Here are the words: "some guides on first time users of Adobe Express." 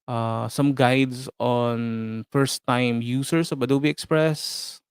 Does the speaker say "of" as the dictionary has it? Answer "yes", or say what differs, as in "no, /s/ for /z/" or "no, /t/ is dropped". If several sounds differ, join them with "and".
no, /b/ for /v/